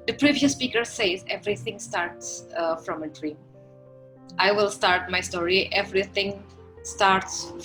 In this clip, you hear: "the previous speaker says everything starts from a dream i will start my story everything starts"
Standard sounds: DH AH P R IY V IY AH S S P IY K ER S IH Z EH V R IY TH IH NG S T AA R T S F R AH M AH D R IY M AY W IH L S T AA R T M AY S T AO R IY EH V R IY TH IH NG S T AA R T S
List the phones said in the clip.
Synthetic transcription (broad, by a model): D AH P R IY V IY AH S S P IY K ER S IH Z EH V R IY T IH NG S T AA R T S F R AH M AH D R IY AY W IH L S T AA R T M AY S T AO R IY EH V R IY T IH NG S T AA R T S